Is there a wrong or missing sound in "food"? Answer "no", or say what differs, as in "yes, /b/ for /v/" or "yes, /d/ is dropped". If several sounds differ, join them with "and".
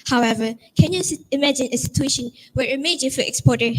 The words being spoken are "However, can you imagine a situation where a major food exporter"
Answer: yes, /d/ is dropped